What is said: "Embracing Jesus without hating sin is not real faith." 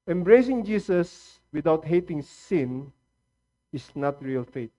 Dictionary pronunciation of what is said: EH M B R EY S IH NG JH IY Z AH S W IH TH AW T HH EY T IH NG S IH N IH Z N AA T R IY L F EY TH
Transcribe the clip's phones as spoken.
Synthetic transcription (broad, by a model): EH M B R EY S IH NG JH IY S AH S W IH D AW T HH EY T IH NG S IH N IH S N AA T R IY L F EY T